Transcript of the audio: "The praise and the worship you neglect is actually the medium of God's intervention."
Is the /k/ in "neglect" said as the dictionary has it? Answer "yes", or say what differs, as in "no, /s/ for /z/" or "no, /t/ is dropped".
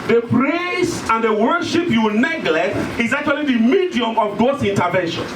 yes